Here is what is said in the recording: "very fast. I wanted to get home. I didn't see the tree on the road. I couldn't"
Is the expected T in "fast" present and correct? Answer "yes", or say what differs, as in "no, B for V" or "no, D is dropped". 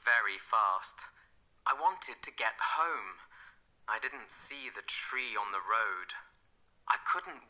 yes